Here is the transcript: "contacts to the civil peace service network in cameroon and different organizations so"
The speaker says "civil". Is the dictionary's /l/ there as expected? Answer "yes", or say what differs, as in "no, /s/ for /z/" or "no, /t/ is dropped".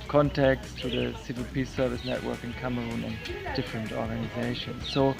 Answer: yes